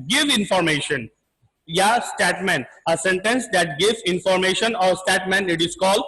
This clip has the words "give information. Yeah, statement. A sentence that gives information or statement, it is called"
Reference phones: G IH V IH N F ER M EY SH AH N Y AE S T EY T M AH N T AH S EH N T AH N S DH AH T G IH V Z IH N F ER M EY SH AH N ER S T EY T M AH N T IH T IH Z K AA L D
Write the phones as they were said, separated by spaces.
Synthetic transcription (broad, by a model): G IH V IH N F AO M EY SH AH N Y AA S T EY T M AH N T AH S EH N T AH N S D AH T G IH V IH N F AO M EY SH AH N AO S T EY T M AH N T IH T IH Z K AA L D